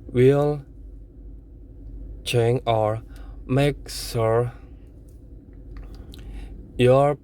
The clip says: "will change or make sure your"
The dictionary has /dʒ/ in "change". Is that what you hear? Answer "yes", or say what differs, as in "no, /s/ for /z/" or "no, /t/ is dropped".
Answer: no, /dʒ/ is dropped